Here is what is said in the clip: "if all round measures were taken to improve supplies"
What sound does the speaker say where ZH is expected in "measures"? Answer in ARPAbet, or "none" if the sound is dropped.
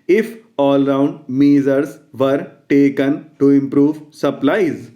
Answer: Z